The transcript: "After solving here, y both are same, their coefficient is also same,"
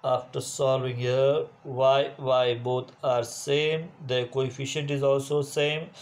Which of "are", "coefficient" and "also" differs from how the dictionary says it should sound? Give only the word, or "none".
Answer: none